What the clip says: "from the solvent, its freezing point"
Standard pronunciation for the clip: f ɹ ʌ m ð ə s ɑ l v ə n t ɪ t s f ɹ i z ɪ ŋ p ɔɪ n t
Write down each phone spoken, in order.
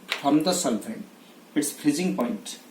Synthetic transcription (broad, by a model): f ɹ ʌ m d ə s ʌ l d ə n ɪ t s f ɹ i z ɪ ŋ p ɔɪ n t